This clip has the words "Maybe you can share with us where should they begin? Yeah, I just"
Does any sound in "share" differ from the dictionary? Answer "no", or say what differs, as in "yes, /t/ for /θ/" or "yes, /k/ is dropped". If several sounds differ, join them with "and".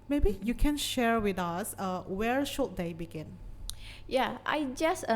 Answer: no